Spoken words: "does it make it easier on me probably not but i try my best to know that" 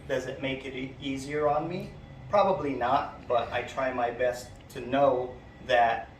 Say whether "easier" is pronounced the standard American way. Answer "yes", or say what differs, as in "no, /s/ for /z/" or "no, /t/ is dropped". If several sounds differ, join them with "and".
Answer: yes